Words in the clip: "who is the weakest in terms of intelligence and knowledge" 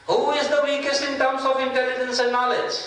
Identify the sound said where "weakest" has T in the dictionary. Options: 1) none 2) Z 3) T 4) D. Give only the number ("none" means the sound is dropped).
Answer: 3